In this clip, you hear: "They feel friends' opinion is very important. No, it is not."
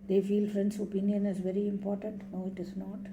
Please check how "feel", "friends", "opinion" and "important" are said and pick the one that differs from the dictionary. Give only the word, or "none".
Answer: friends